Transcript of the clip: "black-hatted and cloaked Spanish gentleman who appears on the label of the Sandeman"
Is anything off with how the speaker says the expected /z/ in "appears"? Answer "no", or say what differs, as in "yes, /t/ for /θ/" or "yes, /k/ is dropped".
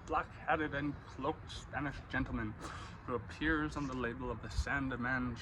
no